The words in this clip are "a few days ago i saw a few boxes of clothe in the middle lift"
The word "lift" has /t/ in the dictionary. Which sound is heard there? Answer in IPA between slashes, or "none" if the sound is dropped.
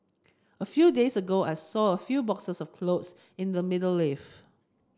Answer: none